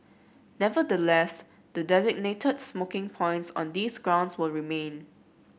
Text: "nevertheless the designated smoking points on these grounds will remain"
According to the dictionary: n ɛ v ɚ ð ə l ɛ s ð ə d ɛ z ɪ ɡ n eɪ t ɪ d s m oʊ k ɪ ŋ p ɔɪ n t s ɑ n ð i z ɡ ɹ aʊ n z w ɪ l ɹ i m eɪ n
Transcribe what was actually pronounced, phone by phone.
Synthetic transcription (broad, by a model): n ɛ v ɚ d ə l ɛ s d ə d ɛ z ɪ ɡ n eɪ t ɪ d s m oʊ k ɪ ŋ p ɔɪ n t s ɑ n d i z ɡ ɹ aʊ n s w ɪ l ɹ i m eɪ n